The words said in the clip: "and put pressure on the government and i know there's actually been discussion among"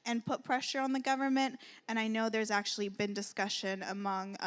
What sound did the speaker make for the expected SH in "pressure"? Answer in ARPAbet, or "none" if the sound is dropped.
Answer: SH